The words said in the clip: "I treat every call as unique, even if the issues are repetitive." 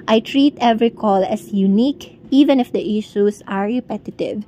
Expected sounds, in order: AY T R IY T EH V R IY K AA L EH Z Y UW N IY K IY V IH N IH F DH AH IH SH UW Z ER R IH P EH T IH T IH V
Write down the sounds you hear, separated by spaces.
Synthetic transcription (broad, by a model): AY T R IY T EH V R IY K AA L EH S Y UW N IY K IY V IH N IH F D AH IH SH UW S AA R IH P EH T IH T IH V